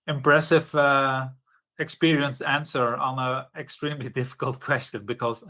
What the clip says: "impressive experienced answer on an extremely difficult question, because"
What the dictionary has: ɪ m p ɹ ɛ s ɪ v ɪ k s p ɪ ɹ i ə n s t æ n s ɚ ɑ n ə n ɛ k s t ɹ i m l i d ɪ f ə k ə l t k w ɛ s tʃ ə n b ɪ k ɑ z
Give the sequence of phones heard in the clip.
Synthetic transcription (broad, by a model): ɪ m p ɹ ɛ s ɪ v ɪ k s p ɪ ɹ i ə n s æ n s ɚ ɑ n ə ɛ k s t ɹ i m l i d ɪ f ə k ə l t k w ɛ s tʃ ə n b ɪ k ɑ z